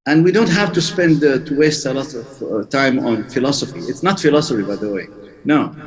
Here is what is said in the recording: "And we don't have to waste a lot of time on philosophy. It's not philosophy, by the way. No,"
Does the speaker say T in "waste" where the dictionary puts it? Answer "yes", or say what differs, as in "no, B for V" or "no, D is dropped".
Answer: yes